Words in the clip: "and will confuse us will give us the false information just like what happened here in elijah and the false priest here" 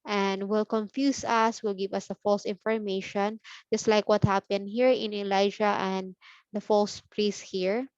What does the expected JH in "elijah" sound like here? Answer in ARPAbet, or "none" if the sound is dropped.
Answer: SH